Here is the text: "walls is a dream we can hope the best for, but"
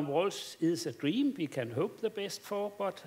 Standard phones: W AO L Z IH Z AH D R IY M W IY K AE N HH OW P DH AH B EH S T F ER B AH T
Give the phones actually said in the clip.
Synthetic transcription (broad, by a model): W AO L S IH S AH D R IY M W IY K AE N HH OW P DH AH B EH S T F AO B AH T